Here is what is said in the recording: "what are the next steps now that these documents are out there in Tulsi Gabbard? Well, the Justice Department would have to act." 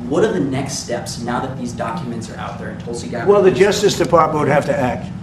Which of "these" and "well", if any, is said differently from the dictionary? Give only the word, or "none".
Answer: none